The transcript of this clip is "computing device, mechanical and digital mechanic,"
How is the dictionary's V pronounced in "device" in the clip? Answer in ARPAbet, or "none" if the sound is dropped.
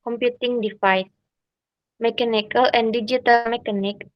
F